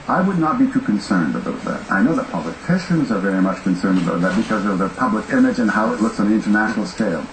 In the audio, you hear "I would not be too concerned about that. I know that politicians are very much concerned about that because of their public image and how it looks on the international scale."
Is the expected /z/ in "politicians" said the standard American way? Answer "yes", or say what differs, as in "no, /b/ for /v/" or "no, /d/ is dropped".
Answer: yes